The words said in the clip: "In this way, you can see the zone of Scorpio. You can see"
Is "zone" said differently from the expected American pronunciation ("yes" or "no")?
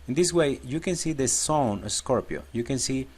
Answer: yes